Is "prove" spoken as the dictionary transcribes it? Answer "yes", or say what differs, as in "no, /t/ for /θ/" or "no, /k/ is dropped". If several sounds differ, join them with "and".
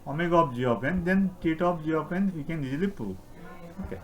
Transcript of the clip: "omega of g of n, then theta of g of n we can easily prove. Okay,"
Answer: no, /v/ is dropped